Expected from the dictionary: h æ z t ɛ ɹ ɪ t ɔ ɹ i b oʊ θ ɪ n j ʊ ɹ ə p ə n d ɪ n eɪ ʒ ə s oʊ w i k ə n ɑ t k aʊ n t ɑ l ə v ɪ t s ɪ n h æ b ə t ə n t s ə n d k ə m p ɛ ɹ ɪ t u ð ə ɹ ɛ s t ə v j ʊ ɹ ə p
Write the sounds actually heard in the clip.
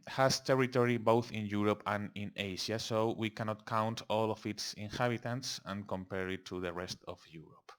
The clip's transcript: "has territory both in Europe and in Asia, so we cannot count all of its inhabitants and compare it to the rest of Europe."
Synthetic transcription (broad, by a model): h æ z t ɛ ɹ ɪ t ɔ ɹ i b oʊ θ ɪ n j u ɹ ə p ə n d ɪ n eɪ ʃ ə s oʊ w i k ə n ɑ t k aʊ n t ɑ l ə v ɪ t s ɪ n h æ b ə t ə n t s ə n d k ə m p ɛ ɹ ɪ t u ð ə ɹ ɛ s t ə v j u ɹ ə p